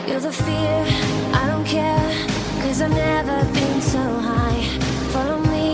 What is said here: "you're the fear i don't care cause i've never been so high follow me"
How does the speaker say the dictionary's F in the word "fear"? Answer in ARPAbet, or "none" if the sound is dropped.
F